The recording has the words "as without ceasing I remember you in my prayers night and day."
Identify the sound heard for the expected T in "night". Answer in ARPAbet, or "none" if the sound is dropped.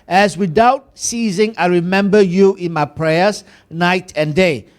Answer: T